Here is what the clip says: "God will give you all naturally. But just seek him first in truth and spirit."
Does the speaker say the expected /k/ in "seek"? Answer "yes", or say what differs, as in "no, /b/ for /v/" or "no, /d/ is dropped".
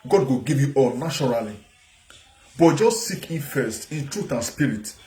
yes